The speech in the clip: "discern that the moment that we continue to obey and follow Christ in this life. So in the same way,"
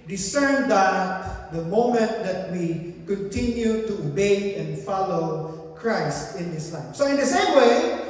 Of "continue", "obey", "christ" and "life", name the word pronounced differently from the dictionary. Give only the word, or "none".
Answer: none